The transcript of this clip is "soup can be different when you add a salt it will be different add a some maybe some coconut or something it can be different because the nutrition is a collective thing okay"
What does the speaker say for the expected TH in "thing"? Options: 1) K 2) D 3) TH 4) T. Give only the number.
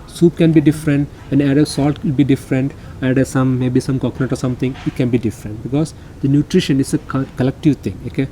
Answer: 4